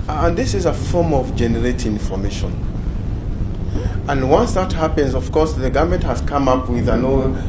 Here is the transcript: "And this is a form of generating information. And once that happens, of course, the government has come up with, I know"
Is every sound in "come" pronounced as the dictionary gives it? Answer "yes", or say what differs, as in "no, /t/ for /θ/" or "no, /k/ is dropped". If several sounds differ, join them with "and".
yes